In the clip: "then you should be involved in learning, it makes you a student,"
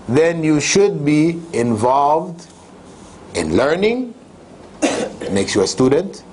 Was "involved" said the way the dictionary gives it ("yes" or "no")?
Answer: yes